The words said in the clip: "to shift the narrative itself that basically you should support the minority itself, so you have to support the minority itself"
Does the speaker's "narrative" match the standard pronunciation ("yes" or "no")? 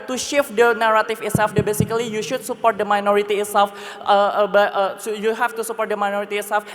no